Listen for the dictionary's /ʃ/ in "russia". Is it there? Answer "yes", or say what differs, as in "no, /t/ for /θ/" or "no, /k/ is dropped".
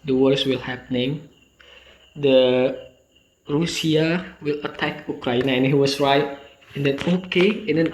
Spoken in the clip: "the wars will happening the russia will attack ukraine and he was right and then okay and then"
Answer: no, /s/ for /ʃ/